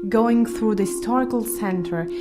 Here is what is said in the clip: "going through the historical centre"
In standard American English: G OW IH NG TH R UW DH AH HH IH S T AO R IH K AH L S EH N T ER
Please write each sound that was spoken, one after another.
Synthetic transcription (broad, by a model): G OW IH NG TH R UW DH AH HH IH S T AO R IH K AH L S EH N T ER